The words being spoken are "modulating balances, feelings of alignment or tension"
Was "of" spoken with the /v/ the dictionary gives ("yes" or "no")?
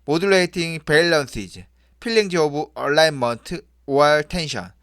no